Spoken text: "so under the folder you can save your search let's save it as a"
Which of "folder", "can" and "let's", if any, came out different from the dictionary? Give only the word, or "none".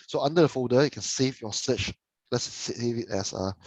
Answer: folder